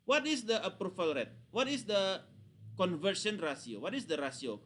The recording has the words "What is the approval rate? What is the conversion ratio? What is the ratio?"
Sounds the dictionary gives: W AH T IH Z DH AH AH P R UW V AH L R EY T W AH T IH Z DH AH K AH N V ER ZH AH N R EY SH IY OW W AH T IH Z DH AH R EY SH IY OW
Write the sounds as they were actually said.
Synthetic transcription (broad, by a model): W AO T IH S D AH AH P R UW F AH L R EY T W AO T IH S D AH K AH N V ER S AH N R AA S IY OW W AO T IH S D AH R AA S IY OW